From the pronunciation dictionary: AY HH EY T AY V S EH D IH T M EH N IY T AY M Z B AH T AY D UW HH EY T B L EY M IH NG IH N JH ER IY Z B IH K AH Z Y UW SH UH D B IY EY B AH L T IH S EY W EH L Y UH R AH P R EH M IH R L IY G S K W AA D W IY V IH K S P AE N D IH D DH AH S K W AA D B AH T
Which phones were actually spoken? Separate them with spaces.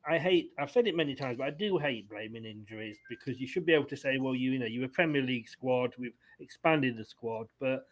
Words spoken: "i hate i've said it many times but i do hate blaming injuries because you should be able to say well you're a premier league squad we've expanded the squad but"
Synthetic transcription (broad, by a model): AY HH EY T AY V S EH D IH T M EH N IY T AY M Z B AH T AY D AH HH EY T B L EY M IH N IH N JH ER IY Z B IH K AH Z Y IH SH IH D B IY EY B L T IH S EY W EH L Y UH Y AH P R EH M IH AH L IY G S K W AA D W IY V IH K S P AE N D IH D DH AH S K W AA D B AH T